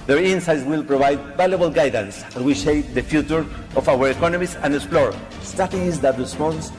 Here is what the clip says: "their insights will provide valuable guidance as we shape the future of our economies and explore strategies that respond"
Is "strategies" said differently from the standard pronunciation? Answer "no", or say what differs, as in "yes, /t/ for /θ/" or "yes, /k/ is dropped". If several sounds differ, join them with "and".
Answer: yes, /ɹ/ is dropped